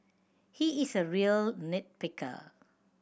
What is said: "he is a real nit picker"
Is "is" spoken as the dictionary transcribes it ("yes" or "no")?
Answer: no